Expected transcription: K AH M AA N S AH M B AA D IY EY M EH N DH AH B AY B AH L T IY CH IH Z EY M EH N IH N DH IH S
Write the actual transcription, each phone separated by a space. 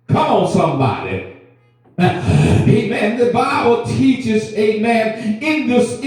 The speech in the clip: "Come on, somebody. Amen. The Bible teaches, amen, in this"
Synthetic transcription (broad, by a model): K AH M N S AH M B AA D IY EY M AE N DH AH B AY B L T IY CH IH Z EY M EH N IH N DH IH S